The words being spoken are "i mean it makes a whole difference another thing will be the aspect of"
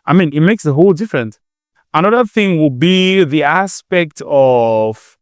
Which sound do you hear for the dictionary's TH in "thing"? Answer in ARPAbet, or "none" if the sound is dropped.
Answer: TH